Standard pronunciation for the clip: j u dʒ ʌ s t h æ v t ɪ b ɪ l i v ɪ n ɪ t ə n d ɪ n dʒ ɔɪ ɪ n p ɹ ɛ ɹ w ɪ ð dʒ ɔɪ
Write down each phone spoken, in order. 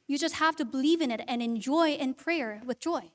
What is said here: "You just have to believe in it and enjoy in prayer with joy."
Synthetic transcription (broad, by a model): j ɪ dʒ ʌ s t h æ f t ɪ b ɪ l i v ɪ n ɪ t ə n ɪ n dʒ ɔɪ ɪ n p ɹ ɛ ɹ w ɪ ð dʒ ɔɪ